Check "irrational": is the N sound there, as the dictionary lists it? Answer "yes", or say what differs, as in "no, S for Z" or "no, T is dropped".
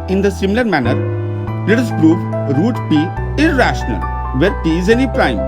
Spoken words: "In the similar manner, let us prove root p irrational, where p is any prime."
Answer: yes